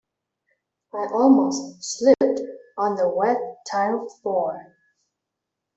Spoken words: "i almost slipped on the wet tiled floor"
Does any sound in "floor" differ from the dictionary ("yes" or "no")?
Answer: yes